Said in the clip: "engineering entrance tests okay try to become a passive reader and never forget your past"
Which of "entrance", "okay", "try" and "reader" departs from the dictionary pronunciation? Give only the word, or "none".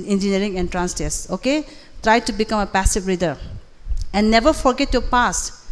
none